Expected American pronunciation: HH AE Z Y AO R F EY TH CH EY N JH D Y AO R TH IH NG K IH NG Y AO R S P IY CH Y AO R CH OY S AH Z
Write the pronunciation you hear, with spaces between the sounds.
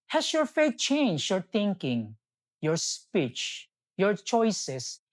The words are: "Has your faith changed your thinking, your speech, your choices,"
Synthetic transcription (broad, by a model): HH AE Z Y AO R F EY T CH EY N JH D Y AO R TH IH NG K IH NG Y AO R S P IY CH Y AO R CH OY S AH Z